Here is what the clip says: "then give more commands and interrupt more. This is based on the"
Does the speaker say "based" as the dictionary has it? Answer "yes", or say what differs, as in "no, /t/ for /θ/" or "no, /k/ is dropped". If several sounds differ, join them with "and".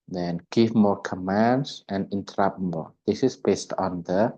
yes